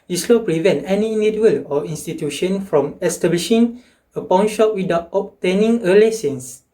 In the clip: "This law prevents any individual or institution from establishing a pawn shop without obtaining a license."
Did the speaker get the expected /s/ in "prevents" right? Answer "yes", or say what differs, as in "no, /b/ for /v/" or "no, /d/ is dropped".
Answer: no, /s/ is dropped